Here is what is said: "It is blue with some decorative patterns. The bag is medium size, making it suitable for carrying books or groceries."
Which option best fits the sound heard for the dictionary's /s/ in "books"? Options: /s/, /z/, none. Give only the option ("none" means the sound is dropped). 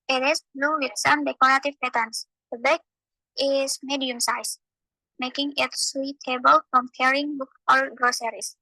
none